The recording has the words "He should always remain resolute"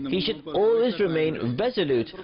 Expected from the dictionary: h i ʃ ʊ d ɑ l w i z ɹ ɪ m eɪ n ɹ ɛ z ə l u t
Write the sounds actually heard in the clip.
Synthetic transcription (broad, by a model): h i ʃ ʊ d ɑ l w i z ɹ ɪ m eɪ n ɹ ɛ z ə l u t